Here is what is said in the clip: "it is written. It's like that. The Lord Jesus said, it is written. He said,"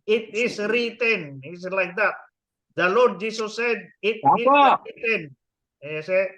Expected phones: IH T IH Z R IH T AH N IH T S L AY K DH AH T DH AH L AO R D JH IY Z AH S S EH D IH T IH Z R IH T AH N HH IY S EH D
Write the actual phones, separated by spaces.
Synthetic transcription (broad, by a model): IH T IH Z R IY T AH N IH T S L AY K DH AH T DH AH L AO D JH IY S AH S S EH D IH T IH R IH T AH N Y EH S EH